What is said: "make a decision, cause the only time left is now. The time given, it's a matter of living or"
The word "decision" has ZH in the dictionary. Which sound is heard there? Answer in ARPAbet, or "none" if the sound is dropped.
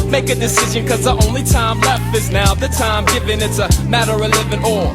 ZH